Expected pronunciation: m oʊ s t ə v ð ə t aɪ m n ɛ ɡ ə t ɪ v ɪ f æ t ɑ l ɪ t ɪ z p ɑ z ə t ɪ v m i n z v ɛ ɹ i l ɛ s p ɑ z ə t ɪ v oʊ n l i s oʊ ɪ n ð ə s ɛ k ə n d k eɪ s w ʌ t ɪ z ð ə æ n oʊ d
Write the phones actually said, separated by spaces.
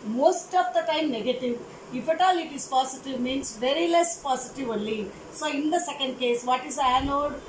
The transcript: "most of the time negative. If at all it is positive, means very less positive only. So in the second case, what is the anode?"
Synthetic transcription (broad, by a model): m oʊ s t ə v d ə t aɪ m n ɛ ɡ ə t ɪ v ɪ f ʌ t ɑ l ɪ t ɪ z p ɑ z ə t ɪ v m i n s v ɛ ɹ i l ɛ s p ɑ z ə t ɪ v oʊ l i s oʊ ɪ n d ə s ɛ k ə n d k eɪ s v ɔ t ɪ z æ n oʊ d